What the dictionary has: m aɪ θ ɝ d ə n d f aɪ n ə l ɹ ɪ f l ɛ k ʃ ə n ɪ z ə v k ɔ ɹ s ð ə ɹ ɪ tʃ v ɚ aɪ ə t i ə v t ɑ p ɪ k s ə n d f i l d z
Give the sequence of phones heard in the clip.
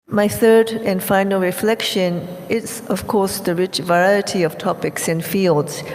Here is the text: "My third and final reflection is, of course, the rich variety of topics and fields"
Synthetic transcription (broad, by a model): m aɪ θ ɝ d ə n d f aɪ n ə l ɹ ɪ f l ɛ k ʃ ə n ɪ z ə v k ɔ ɹ s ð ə ɹ ɪ tʃ v ɚ aɪ ə t i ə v t ɑ p ɪ k s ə n f i l d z